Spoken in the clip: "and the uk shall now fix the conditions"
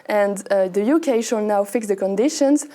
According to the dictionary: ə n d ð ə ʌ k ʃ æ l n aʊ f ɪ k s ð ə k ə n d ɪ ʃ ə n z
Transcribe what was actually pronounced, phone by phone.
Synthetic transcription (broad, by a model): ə n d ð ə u k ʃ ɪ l n aʊ f ɪ k s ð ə k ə n d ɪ ʃ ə n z